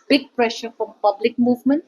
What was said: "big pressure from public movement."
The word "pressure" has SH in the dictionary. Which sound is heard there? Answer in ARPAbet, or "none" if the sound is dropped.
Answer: SH